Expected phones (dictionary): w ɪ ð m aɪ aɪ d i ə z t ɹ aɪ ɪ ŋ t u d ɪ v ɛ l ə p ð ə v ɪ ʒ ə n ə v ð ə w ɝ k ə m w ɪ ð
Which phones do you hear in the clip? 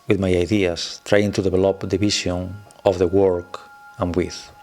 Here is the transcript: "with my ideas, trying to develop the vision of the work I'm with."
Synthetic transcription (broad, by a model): w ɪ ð m aɪ aɪ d i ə s t ɹ aɪ ɪ ŋ t u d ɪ b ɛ l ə p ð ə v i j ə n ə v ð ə w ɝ k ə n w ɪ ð